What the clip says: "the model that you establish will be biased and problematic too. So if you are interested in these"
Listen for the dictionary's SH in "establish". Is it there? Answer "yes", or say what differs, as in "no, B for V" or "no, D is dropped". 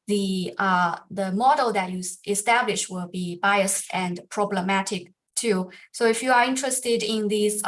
yes